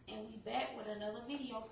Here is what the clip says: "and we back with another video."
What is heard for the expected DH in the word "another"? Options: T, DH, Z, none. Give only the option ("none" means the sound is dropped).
DH